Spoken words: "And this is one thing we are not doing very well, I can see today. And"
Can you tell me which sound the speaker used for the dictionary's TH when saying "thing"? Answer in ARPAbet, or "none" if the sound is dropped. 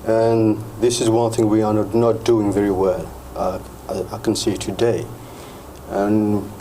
TH